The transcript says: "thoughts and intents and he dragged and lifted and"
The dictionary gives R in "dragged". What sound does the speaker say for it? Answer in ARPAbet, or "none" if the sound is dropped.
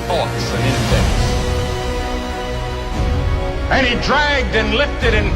R